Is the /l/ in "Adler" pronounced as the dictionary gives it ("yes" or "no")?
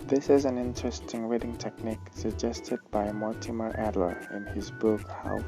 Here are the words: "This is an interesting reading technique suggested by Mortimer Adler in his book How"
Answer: yes